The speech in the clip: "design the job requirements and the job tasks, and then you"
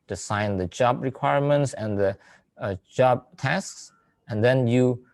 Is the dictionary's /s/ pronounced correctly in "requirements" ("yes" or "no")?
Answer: yes